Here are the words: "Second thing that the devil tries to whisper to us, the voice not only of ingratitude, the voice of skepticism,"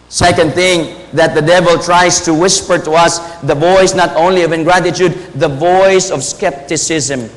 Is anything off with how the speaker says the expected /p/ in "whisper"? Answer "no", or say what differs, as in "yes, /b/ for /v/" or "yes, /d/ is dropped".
no